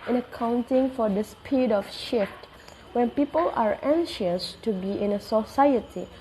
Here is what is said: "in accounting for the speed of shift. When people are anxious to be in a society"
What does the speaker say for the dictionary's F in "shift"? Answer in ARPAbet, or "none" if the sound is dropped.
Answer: F